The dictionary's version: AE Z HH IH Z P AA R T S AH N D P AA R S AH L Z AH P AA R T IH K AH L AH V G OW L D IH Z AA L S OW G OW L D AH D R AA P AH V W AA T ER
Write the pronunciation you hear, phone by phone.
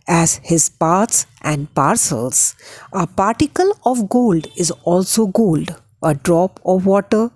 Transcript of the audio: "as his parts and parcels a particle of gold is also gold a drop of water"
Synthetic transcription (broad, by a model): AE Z HH IH Z P AA R T S AH N D P AA R S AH L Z AH P AA R T IH K AH L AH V G OW L D IH Z AA L S OW G OW L D AH D R AA P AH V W AA T ER